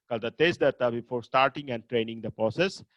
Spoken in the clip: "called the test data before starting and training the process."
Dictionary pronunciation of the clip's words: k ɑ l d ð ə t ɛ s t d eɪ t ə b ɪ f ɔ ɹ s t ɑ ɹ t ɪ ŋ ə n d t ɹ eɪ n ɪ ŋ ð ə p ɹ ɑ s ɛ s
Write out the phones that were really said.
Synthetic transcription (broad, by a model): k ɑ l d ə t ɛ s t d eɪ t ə b ɪ f ɔ ɹ s t ɑ ɹ t ɪ ŋ ə n d t ɹ eɪ n ɪ ŋ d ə p ɹ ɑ s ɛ s